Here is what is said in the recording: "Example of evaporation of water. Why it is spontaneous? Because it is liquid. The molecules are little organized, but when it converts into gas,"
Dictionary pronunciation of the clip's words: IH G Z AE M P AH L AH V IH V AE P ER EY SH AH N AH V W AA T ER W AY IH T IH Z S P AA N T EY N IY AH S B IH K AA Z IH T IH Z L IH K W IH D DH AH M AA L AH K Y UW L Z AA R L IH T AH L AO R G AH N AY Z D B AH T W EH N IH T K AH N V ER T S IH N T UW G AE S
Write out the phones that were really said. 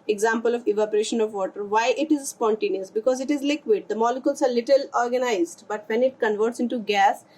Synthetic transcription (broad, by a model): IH G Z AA M P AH L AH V IH V AE P ER EY SH AH N AH V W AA T ER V AY IH T IH Z S P AA N T EY N IY AH S B IH K AA Z IH T IH Z L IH K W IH D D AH M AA L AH K Y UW L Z AA R L IH T AH L AO R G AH N AY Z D B AH T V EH N IH T K AH N V ER T S IH N T UW G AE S